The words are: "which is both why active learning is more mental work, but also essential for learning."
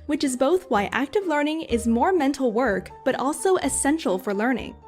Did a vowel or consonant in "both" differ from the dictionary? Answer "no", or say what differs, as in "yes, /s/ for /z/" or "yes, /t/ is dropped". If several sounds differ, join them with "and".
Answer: no